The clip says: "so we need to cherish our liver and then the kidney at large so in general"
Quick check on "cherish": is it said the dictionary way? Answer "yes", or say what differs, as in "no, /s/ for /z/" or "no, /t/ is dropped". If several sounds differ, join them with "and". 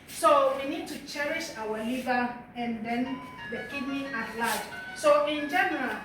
yes